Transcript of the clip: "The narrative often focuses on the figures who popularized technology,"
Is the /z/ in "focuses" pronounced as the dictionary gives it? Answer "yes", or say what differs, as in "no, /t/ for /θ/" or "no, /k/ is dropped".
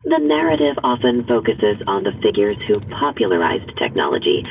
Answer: yes